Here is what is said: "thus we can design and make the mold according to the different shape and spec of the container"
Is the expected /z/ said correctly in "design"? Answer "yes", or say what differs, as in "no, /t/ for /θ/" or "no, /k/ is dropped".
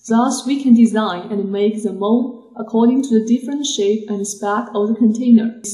yes